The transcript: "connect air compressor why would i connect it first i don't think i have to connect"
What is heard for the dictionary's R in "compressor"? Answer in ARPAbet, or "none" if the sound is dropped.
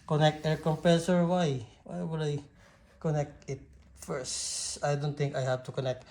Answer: none